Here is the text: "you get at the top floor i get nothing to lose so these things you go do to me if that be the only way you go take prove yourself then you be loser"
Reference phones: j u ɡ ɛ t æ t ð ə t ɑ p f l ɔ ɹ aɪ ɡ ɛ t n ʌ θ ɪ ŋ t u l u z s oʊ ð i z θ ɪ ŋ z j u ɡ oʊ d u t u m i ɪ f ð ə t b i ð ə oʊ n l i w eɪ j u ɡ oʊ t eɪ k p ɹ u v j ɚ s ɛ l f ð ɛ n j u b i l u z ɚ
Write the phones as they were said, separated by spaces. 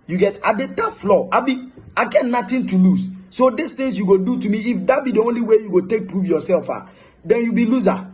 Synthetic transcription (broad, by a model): j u ɡ ɛ t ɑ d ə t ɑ f l ɔ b aɪ ɡ ɛ t n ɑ t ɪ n t u l u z s oʊ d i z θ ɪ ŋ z j u ɡ oʊ d u t u m i f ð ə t b i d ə oʊ n l i w eɪ j u ɡ oʊ t eɪ k p ɹ u f j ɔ s ɛ l f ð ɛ n j u b i l u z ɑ